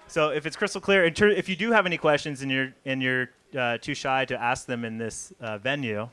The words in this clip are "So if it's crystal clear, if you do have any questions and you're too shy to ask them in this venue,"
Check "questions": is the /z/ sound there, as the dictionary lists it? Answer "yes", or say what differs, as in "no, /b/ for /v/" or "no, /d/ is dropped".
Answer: yes